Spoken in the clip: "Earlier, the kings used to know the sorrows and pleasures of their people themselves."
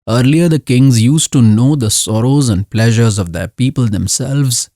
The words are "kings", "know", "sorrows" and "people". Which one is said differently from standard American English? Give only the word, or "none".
none